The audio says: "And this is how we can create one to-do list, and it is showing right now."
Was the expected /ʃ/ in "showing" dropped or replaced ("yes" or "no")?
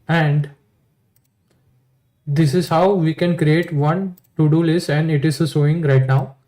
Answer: yes